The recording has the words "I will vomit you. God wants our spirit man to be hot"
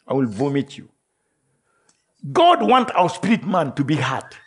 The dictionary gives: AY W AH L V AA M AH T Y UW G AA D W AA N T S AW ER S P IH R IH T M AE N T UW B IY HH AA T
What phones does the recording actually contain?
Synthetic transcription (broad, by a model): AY W AH L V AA M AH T Y UW G AA D W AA N T AW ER S P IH R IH T M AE N T UW B IY HH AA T